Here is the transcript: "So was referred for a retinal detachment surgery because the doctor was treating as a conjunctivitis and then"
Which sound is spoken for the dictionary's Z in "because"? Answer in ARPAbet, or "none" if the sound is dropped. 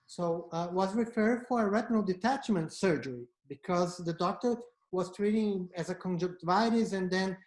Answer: Z